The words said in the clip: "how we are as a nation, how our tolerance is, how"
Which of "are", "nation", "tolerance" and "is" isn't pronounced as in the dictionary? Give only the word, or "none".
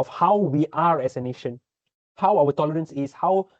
is